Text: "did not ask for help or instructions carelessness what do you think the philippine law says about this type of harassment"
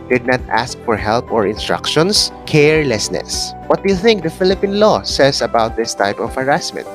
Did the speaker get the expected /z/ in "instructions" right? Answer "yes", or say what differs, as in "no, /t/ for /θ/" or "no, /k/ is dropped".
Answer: no, /s/ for /z/